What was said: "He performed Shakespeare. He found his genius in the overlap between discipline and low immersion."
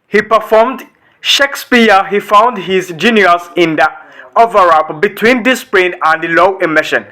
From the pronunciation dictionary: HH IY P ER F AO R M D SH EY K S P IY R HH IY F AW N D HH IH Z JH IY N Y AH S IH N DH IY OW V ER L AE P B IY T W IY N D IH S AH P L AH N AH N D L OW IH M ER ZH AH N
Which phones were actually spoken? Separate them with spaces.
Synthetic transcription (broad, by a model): HH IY P ER F AO R M D SH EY K S P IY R HH IY F AW N D HH IH Z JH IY N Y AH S IH N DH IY OW V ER AA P B IY T W IY N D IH S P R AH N AH N D L OW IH M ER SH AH N